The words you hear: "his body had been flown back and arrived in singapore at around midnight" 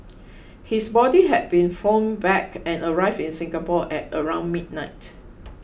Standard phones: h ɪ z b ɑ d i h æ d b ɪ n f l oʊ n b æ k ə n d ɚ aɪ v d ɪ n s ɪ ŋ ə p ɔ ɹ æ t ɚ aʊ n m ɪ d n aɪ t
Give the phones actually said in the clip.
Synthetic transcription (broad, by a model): h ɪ s b ɑ d i h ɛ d b ɪ n f oʊ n b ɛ k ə n ɚ aɪ v d ɪ n s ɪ ŋ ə p ɔ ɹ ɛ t ɚ aʊ n m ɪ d n aɪ t